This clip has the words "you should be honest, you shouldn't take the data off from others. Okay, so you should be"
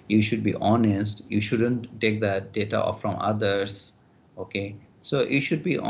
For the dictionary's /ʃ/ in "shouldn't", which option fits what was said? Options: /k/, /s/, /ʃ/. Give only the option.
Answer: /ʃ/